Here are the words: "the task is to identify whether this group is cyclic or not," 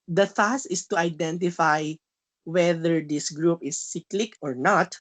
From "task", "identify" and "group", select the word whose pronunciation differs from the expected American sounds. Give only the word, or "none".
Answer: task